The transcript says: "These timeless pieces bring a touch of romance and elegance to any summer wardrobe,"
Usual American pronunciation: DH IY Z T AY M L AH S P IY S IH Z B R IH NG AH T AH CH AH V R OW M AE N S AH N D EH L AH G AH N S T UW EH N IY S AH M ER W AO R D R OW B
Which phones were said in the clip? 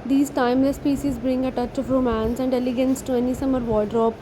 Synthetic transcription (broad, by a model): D IY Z T AY M L AH S P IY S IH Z B R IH NG AH T AH CH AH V R OW M AE N S AH N D EH L AH G AH N S T UW EH N IY S AH M ER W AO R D R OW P